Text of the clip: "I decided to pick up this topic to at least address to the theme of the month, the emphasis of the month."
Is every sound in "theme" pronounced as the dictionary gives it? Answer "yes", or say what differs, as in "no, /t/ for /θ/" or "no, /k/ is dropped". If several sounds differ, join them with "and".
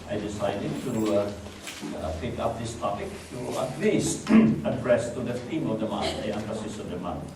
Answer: no, /t/ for /θ/